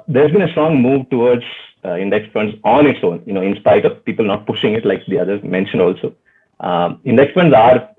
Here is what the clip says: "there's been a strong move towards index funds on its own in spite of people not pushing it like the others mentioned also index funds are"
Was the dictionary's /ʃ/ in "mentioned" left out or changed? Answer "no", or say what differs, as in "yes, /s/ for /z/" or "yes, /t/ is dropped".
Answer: no